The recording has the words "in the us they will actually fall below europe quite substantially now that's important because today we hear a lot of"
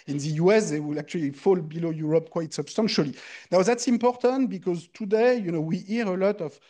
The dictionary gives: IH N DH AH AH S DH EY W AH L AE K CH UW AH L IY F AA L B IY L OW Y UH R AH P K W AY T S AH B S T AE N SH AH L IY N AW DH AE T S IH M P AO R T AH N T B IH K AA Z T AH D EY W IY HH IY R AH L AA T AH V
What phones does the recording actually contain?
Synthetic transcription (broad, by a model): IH N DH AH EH S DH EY W AH L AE K CH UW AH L IY F AA L B IY L OW Y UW R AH P K W AY T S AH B S T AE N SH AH L IY N AW DH AE T S IH M P AO R T AH N T B IH K AA Z T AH D EY W IY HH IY R AH L AA T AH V